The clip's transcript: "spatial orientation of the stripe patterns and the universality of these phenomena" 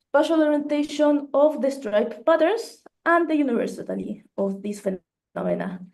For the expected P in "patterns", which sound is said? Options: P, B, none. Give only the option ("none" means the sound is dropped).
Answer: B